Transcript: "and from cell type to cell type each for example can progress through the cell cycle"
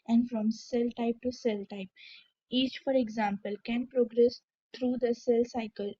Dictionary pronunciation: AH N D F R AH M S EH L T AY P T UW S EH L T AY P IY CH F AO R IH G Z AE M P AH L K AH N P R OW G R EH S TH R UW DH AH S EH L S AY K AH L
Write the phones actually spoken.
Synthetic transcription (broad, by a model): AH N D F R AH M S EH L T AY P T UW S EH L T AY P IY CH F AO R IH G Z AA M P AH L K AH N P R OW G R EH S T R UW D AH S EH L S AY K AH L